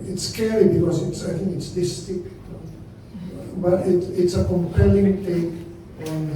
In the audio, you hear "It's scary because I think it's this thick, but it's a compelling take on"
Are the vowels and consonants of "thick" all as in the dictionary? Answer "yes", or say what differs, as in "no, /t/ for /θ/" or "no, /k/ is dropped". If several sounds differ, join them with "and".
no, /t/ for /θ/